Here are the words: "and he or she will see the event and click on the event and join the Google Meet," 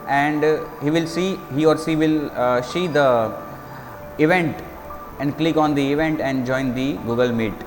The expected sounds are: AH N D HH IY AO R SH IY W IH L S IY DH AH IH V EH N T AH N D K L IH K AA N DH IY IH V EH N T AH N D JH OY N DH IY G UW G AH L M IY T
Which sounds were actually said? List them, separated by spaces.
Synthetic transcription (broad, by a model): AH N D HH IY AO R S IY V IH L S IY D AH IH V EH N T AH N D K L IH K AA N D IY IH V EH N T AH N D JH OY N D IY G UW G AH L M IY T